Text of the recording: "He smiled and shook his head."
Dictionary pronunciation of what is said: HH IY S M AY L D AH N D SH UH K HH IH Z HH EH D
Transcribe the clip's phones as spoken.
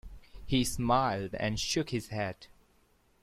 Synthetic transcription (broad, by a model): HH IY S M AY L D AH N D SH UH K HH IH Z HH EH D